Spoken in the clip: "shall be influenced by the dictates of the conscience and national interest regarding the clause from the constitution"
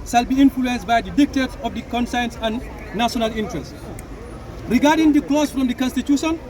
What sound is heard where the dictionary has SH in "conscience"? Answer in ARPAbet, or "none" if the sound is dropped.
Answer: S